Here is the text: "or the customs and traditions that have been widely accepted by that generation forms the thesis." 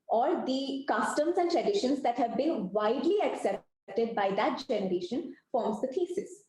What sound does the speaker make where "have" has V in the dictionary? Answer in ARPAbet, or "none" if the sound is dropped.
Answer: V